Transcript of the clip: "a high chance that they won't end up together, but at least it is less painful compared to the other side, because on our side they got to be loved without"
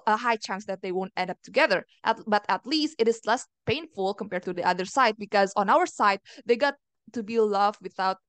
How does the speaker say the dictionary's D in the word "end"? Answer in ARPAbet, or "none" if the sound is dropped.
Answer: D